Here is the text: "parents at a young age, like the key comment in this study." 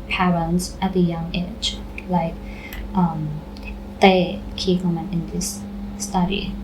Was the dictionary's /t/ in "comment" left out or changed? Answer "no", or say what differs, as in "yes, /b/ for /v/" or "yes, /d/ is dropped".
yes, /t/ is dropped